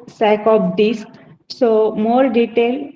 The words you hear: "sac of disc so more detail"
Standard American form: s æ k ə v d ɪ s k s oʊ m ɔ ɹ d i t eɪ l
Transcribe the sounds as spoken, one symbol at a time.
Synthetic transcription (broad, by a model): s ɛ k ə p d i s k s oʊ m ɔ ɹ d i t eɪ l